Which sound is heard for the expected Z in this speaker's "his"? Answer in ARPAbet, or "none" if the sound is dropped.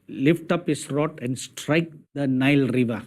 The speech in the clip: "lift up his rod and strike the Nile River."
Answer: S